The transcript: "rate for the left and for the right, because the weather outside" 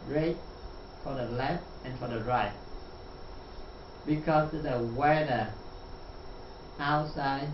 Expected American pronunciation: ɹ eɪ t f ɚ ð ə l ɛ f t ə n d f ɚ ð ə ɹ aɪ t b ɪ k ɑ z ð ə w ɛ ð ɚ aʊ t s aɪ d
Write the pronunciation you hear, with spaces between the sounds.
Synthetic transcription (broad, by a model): ɹ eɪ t f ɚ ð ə l ɛ f t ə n f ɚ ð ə ɹ aɪ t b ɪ k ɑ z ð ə w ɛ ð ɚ aʊ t s aɪ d